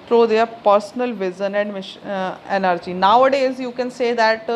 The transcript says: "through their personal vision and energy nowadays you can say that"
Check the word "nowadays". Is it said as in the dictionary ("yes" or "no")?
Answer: yes